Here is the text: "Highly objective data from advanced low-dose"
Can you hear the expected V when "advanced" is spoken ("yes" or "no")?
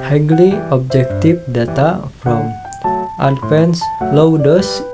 no